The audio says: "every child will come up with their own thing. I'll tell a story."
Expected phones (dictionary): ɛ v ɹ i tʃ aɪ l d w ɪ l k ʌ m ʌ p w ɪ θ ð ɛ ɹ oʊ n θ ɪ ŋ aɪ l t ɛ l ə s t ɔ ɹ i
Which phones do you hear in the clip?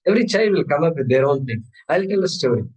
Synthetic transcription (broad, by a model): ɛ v ɹ i tʃ aɪ d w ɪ l k ʌ m ʌ p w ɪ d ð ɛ ɹ oʊ n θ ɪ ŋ aɪ l t ɛ l ə s t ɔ ɹ i